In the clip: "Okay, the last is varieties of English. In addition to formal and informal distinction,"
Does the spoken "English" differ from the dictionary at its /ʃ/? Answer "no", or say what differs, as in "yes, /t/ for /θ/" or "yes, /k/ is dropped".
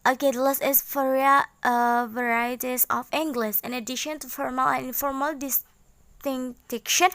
yes, /s/ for /ʃ/